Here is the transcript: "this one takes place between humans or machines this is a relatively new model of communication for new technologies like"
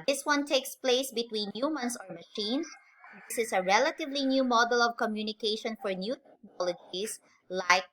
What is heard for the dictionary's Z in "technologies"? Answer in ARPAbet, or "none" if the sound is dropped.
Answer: S